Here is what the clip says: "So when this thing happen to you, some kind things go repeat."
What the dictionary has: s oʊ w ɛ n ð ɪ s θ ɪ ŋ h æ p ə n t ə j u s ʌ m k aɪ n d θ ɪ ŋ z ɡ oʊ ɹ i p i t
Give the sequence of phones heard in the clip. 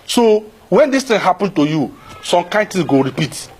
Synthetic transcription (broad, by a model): s oʊ w ɛ n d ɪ s t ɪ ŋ h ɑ p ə n t ə j u s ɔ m k aɪ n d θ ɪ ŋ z ɡ oʊ ɹ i p i t